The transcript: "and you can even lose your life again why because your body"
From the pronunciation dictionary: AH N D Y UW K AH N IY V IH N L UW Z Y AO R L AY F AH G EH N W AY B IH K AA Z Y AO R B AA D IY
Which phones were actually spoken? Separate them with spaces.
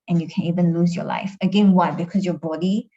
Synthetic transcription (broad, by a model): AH N Y UW K AH N IY V IH N L UW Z Y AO L AY F AH G EH N W AY B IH K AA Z Y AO B AA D IY